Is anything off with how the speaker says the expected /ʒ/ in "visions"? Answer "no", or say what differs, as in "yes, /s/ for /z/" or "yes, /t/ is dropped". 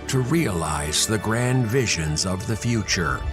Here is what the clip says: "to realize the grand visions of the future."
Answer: no